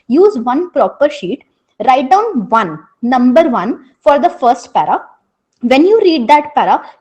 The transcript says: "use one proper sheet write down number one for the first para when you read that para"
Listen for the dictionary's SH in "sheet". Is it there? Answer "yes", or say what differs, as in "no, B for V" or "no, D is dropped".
yes